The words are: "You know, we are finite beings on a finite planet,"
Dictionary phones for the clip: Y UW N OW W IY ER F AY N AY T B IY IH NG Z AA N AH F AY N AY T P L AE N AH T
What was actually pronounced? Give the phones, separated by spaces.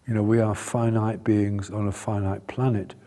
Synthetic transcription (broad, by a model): Y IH N OW W IY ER F AY N AY T B IY IH NG Z N AH F AY N AY T P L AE N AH T